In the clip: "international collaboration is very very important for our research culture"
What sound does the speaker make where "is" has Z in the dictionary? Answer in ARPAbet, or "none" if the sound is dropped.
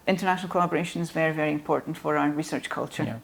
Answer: Z